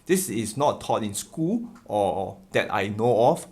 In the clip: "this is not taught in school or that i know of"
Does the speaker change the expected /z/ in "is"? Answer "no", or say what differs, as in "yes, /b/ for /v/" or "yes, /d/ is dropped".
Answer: yes, /s/ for /z/